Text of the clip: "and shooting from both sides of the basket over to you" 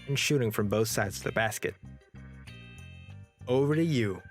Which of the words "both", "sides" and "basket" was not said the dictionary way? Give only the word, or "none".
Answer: none